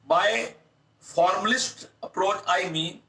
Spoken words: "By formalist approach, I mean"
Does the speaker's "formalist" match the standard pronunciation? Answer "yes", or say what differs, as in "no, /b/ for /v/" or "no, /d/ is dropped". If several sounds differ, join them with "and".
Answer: yes